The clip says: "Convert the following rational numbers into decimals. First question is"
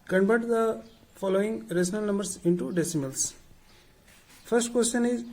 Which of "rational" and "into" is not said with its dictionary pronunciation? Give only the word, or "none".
rational